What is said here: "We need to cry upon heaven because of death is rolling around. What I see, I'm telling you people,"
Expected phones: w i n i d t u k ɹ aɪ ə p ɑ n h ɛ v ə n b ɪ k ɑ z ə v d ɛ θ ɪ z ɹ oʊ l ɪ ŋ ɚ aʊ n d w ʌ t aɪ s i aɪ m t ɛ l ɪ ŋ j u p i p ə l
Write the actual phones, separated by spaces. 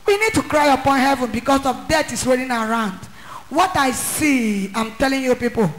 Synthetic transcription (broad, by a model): w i n i d t u k ɹ aɪ ə p ɑ n h ɛ v ə n b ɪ k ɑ s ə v d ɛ t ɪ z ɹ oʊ n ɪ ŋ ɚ aʊ n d w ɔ t aɪ s i aɪ m t ɛ l ɪ ŋ j u p i p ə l